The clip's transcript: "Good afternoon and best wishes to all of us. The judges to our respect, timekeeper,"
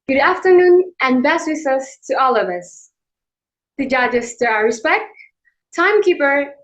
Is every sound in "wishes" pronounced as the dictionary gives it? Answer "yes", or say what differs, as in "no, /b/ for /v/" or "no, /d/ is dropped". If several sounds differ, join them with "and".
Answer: no, /s/ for /ʃ/ and /s/ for /z/